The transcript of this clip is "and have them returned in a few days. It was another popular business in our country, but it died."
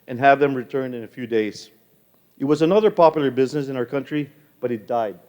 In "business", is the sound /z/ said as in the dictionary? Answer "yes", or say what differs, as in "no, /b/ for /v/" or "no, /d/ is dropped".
yes